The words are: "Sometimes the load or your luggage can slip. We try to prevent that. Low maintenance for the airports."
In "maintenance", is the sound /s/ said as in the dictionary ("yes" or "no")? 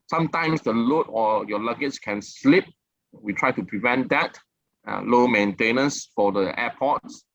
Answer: yes